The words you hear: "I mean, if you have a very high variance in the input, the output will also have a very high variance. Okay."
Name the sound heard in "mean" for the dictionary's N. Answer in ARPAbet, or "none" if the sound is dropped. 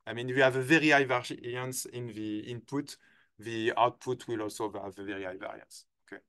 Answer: N